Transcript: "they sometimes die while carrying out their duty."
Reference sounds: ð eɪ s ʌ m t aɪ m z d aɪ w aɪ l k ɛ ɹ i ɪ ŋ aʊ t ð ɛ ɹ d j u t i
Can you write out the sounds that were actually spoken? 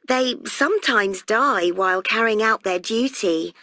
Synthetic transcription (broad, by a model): ð eɪ s ʌ m t aɪ m z d aɪ w aɪ l k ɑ ɹ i ɪ ŋ aʊ t ð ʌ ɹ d j u t i